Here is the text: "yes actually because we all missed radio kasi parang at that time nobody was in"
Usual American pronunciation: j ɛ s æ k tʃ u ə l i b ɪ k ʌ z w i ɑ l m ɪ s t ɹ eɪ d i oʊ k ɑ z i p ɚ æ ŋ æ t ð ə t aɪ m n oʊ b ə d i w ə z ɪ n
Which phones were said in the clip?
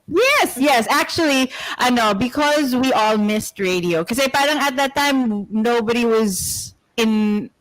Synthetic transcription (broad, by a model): j ɛ s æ k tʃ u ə n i b ɪ k ʌ z w i ɑ l m ɪ s t ɹ eɪ d i oʊ k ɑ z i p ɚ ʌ ŋ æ t ð ə t aɪ m n oʊ b ə d i w ə z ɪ n